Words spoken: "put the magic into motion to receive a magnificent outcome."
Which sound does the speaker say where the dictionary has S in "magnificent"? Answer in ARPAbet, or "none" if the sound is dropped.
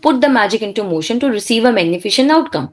SH